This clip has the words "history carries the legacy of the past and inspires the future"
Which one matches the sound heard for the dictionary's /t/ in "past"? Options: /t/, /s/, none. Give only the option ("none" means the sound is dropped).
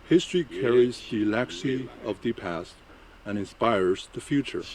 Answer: /t/